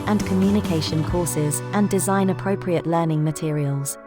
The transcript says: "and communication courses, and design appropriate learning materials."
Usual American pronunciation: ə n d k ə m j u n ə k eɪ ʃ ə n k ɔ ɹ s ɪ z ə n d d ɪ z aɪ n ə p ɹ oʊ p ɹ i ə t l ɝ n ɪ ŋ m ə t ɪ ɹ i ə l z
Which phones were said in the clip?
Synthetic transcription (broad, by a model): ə n k ə m j u n ə k eɪ ʃ ə n k ɔ s ɪ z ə n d d ɪ z aɪ n ə p ɹ oʊ p ɹ i ə t l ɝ n ɪ ŋ m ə t ɪ ɹ i ə l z